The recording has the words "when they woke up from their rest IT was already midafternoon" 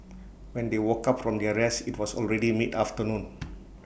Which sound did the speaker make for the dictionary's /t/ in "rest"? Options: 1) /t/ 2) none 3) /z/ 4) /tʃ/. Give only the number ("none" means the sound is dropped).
2